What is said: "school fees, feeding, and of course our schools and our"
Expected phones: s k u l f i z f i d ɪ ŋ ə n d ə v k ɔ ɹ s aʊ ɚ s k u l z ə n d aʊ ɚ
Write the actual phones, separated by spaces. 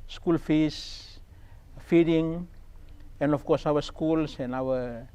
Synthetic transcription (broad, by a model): s k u l f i s f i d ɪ ŋ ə n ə f k ɔ s aʊ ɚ s k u l s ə n aʊ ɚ